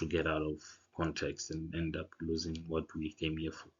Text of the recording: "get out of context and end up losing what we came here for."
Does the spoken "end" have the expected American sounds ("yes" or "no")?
yes